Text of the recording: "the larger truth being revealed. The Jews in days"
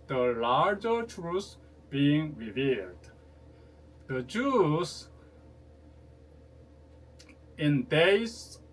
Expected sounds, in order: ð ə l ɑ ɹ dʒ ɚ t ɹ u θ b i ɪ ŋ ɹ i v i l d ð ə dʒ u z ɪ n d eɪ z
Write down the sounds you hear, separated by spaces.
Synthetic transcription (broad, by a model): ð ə l ɑ ɹ dʒ ɚ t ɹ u s b i ɪ ŋ ɹ i v i l d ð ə dʒ u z ɪ n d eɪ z